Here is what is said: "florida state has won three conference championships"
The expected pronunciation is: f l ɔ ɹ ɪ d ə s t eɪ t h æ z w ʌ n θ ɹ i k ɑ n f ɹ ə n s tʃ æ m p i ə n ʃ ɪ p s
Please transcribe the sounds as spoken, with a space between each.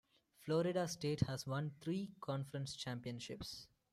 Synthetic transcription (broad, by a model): f l ɔ ɹ ɪ d ə s t eɪ t h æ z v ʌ n t ɹ i k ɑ n f ɹ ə n s tʃ æ m p i ə n ʃ ɪ p s